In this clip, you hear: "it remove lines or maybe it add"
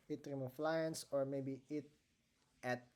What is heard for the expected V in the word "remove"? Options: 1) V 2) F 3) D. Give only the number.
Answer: 2